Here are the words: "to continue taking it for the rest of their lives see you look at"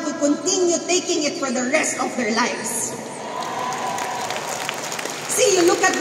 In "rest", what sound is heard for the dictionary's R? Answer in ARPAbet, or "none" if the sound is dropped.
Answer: R